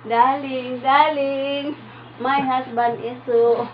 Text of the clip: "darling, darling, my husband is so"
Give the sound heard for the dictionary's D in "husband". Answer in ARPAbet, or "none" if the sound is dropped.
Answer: none